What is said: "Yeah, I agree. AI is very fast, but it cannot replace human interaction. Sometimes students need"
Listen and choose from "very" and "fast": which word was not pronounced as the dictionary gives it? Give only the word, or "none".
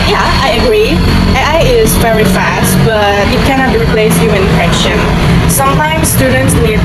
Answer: none